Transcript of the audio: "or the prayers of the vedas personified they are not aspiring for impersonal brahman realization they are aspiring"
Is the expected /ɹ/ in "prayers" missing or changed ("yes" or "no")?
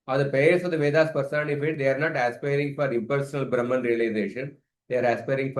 yes